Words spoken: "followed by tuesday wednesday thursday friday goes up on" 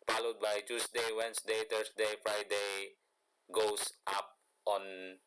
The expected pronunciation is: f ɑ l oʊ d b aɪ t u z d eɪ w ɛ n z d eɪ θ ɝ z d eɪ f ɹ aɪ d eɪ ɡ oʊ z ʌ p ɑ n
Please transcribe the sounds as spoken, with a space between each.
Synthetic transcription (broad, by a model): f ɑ l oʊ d b aɪ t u s d eɪ w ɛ n s d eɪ t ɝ s d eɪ f ɹ aɪ d eɪ ɡ oʊ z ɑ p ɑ n